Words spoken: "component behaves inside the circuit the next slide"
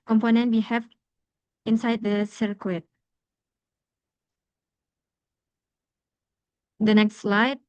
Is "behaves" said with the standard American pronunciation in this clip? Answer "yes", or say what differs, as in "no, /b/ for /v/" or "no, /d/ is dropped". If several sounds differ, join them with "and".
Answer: no, /z/ is dropped